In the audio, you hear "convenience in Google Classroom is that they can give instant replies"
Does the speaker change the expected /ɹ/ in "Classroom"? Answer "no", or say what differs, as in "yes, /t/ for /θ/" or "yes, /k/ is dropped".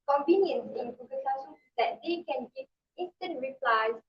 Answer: yes, /ɹ/ is dropped